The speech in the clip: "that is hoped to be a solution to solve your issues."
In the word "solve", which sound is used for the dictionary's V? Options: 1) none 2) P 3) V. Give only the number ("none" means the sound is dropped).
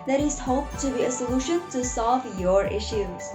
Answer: 3